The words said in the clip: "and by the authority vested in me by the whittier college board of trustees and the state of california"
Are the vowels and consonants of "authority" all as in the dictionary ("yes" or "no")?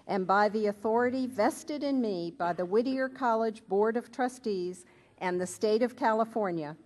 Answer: yes